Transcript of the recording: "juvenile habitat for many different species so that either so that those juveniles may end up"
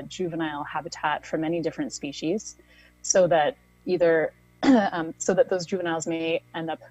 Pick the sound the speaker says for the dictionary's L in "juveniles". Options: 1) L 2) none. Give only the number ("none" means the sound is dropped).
1